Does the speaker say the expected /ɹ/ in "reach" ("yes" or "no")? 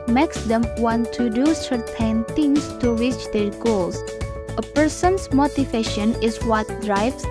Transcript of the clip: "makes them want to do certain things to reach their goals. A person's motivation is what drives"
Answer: no